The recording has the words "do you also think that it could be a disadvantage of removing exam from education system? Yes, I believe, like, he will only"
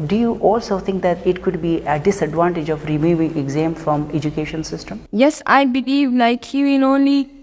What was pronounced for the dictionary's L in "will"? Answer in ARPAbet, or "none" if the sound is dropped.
N